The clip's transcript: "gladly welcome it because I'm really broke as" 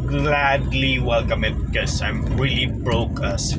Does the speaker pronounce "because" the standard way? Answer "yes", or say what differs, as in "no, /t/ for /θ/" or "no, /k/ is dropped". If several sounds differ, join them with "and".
no, /z/ is dropped